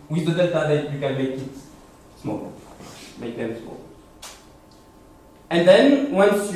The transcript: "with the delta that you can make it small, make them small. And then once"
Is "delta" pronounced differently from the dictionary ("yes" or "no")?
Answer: yes